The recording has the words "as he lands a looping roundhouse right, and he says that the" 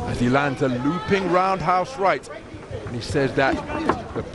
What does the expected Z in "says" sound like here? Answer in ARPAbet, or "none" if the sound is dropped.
Z